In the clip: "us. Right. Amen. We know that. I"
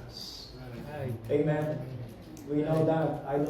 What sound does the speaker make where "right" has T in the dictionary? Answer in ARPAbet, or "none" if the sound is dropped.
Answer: none